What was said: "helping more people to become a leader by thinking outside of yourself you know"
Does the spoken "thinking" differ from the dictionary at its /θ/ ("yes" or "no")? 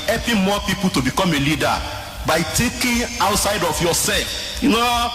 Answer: yes